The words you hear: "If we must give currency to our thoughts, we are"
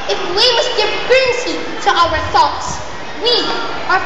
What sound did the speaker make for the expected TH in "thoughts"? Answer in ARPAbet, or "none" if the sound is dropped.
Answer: TH